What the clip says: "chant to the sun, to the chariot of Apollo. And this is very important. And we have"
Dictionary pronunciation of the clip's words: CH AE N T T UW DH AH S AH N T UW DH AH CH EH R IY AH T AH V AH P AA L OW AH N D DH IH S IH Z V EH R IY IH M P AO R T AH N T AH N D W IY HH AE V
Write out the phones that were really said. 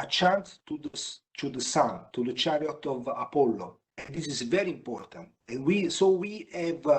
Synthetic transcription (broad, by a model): CH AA N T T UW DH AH S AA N T UW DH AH CH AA R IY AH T AH V AH P AA L OW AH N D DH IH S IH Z V EH R IY IH M P AO R T AH N T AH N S W IY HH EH V